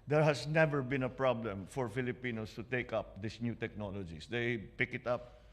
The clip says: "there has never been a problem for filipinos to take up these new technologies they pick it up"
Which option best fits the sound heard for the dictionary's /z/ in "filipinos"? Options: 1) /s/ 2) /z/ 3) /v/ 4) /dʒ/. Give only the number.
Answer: 1